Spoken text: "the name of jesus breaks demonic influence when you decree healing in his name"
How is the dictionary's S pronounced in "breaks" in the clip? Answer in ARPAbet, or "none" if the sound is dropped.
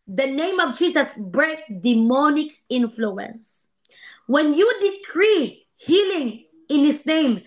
none